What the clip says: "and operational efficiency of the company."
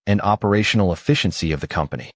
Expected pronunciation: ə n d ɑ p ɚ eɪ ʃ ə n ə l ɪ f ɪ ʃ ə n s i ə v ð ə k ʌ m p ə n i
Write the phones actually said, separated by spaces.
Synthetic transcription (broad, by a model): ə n ɑ p ɚ eɪ ʃ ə n l ɪ f ɪ ʃ ə n s i ə v ð ə k ʌ m p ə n i